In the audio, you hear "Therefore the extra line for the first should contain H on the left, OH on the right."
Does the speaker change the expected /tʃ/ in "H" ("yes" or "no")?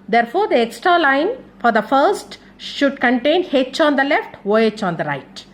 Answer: no